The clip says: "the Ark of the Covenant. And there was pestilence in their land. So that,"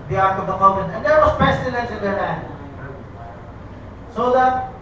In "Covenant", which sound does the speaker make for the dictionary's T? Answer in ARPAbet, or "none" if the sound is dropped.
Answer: none